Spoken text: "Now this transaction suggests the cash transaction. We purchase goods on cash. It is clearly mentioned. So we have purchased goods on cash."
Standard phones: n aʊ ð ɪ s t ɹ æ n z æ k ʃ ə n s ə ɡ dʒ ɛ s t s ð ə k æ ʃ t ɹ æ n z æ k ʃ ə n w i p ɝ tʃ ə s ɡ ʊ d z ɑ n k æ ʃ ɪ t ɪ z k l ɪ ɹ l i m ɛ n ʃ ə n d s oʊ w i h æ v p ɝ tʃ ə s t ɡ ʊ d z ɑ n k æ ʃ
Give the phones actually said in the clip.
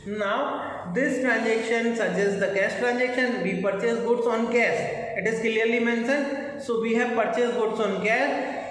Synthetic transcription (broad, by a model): n aʊ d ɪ s t ɹ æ n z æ k ʃ ə n s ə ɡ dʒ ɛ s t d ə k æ s t ɹ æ n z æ k ʃ ə n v i p ɝ tʃ ə s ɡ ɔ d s ɑ n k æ s ɪ t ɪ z k l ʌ ɹ l i m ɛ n s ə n s oʊ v i h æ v p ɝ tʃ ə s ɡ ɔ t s ɑ n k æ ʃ